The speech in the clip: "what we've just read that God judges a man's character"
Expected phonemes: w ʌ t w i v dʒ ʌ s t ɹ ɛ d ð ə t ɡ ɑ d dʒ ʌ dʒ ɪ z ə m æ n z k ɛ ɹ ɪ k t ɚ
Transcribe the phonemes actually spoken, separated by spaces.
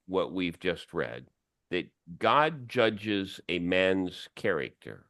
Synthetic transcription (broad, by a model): w ʌ t w i v dʒ ʌ s t ɹ ɛ d ð ə t ɡ ɑ d dʒ ʌ dʒ ɪ z ə m æ n z k ɛ ɹ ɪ k t ɚ